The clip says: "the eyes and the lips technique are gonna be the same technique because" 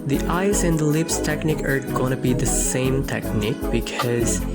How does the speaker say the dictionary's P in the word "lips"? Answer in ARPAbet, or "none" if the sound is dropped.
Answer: P